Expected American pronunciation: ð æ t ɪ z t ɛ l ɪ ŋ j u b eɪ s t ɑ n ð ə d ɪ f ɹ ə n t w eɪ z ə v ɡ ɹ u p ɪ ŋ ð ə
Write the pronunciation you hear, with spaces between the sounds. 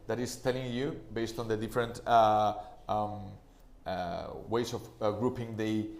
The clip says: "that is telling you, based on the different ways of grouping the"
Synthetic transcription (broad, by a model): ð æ t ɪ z t ɛ l ɪ ŋ j u b eɪ s t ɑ n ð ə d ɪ f ɹ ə n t w eɪ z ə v ɡ ɹ u p ɪ ŋ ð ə